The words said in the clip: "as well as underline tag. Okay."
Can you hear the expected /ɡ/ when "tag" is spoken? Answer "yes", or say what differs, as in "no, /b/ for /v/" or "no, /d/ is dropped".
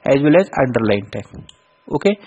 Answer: no, /ɡ/ is dropped